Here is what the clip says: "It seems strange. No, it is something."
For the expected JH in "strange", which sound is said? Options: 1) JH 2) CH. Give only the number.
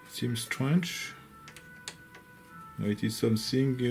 2